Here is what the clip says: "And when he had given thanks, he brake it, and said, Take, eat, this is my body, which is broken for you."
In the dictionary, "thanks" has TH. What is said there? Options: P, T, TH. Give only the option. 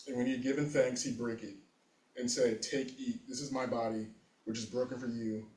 TH